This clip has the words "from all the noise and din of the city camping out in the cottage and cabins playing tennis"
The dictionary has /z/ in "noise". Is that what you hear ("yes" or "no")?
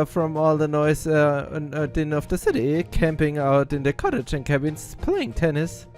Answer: no